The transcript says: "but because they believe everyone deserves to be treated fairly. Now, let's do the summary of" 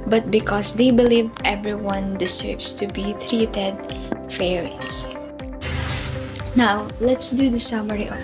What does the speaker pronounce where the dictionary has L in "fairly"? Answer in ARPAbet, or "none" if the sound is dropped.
none